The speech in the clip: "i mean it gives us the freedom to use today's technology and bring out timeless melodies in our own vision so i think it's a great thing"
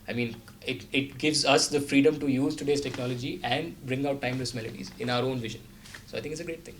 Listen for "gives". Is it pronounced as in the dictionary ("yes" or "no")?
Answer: yes